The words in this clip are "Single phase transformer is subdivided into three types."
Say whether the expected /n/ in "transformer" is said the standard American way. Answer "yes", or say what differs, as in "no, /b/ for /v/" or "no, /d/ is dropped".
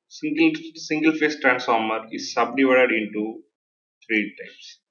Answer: yes